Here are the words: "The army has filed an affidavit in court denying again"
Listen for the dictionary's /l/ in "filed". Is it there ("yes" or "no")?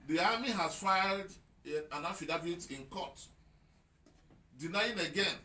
yes